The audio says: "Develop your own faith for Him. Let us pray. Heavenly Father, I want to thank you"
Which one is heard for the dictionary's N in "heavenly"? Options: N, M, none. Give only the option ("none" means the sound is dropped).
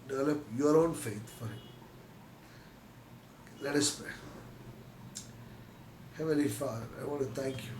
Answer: none